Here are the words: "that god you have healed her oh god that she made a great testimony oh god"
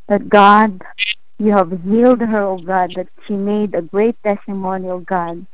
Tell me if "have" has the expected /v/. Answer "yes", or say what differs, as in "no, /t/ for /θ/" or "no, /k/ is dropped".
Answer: yes